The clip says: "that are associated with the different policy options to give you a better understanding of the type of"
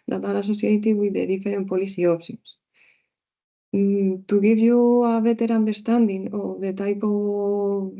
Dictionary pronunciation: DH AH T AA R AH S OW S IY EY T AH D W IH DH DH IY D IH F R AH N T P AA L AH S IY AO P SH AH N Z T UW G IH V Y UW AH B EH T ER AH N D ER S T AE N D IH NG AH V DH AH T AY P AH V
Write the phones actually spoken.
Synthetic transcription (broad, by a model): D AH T AA R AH S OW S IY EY T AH W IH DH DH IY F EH R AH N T P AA L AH S IY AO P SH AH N S T UW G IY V Y UW AH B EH T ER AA N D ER S T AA N D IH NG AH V DH AH T AY P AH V